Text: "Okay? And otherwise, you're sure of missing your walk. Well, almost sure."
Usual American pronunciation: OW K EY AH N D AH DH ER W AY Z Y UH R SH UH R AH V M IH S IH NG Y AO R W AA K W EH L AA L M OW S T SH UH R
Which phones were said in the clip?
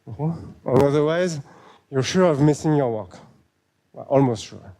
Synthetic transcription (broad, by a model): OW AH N AH DH ER W AY Z Y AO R SH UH R AH V M IH S IH NG Y AO R W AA K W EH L AA L M OW S T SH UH R